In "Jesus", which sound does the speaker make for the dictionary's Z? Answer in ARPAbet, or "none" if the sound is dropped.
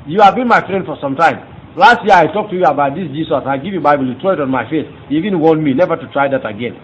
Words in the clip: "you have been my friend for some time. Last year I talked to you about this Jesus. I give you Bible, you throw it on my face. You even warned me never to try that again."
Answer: S